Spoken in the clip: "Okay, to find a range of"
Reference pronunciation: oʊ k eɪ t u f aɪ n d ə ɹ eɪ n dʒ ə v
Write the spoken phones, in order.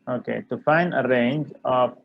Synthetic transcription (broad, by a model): oʊ k eɪ t u f aɪ n d ə ɹ eɪ n dʒ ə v